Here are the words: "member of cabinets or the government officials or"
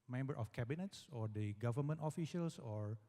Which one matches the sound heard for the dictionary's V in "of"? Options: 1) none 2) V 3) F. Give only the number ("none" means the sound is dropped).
3